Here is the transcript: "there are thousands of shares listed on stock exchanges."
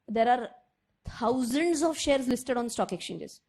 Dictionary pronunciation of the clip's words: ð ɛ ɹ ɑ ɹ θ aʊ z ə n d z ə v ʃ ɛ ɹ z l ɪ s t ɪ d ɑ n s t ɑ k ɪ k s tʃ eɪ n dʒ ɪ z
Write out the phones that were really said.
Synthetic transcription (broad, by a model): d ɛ ɹ ɑ ɹ t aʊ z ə n d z ə v ʃ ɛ ɹ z l ɪ s t ɪ d ɑ n s t ɑ k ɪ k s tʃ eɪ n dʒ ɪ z